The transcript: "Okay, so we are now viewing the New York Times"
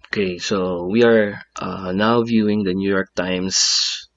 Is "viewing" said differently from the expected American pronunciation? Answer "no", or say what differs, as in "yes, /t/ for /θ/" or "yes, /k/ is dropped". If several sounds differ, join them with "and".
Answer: no